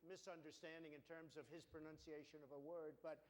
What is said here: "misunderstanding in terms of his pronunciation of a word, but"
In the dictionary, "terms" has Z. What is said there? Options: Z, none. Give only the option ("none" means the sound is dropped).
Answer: Z